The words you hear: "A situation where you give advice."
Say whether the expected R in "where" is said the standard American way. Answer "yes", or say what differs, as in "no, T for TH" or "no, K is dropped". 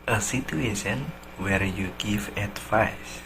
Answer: yes